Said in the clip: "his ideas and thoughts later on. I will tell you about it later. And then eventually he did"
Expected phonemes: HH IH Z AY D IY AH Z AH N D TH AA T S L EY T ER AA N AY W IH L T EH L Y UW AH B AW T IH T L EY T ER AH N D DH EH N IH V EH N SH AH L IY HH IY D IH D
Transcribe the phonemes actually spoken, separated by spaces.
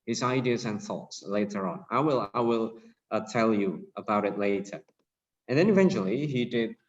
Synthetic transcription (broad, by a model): HH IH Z AY D IY AH Z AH N TH AA T S L EY T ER AA L AY W IH L T EH L Y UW AH B AW T IH T L EY T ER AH N DH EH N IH V EH N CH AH L IY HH IY D IH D